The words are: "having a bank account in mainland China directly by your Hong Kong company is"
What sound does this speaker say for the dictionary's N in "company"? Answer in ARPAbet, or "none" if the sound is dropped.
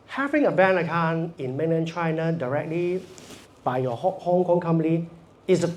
none